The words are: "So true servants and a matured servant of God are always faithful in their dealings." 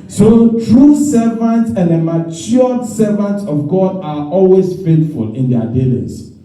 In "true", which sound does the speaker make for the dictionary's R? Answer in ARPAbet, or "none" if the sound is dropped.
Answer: R